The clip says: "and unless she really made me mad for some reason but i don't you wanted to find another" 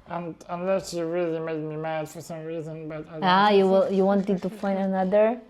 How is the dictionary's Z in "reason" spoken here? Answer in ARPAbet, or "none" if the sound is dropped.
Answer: Z